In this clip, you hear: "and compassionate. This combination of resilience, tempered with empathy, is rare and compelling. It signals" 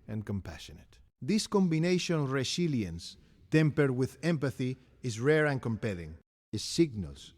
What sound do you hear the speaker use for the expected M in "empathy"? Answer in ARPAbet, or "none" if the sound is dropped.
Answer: M